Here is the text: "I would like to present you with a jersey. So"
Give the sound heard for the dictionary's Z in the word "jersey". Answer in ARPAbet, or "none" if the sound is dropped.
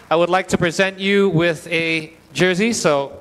Z